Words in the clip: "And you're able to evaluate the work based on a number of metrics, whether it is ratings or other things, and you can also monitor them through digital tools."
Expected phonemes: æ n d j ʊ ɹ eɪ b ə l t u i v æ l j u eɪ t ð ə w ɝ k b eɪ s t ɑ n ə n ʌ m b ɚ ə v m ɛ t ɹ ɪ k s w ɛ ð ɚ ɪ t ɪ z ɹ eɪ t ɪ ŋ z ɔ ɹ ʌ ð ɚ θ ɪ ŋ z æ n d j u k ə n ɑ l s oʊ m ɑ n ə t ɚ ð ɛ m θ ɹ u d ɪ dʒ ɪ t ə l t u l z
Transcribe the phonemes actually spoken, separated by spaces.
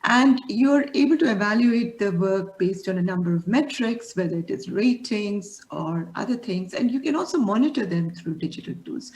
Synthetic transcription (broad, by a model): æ n d j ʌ ɹ eɪ b ə l t u i v æ l j u eɪ t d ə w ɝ k b eɪ s t ɑ n ə n ʌ m b ɚ ə v m ɛ t ɹ ɪ k s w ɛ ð ɚ ɪ t ɪ z ɹ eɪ t ɪ ŋ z ɔ ɹ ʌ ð ɚ t ɪ ŋ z æ n d j u k ə n ɑ l s oʊ m ɑ n ə t ɚ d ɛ m t ɹ u d ɪ dʒ ɪ t ə l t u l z